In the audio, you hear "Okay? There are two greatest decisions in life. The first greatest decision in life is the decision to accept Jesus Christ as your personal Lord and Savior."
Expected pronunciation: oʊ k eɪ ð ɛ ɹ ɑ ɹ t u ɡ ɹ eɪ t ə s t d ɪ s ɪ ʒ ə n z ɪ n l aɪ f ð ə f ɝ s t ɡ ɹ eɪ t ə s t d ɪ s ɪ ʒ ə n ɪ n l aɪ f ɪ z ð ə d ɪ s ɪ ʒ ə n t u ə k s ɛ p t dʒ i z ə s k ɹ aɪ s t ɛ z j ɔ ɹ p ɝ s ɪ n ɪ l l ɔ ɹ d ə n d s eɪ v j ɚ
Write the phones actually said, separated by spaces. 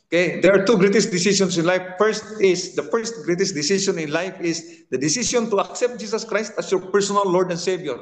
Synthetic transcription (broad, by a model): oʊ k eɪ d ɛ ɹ ɑ ɹ t u ɡ ɹ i t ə s d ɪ s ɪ s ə n s ɪ n l aɪ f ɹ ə f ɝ s t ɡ ɹ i t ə s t d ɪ s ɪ ʃ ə n ɪ n l aɪ f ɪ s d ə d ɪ s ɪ s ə n t u ə k s ɛ p t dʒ i s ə s k ɹ aɪ s t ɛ s j ɔ ɹ p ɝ s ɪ n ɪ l l ɔ ɹ d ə n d s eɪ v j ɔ